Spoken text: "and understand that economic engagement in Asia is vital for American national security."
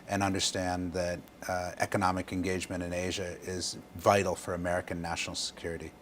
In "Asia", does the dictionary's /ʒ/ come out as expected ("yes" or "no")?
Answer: yes